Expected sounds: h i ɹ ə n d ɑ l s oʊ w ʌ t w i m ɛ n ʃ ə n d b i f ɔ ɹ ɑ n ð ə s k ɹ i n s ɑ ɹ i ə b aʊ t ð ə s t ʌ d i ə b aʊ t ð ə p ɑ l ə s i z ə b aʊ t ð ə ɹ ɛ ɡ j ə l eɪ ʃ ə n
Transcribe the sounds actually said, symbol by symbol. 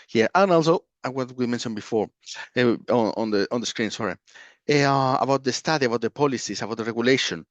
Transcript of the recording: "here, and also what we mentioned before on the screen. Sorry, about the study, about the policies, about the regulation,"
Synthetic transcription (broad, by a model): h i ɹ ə n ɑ l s oʊ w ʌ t w i m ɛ n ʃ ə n b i f ɔ ɹ ɑ n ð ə s k ɹ i n s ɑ ɹ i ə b aʊ t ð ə s t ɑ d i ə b aʊ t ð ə p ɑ l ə s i s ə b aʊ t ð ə ɹ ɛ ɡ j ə l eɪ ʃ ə n